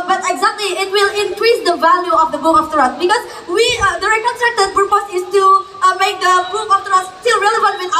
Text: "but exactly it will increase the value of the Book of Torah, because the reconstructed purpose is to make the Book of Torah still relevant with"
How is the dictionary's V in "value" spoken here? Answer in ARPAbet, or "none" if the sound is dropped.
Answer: V